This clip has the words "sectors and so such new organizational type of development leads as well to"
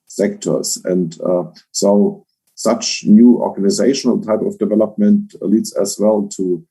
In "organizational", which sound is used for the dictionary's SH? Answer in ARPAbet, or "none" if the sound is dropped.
SH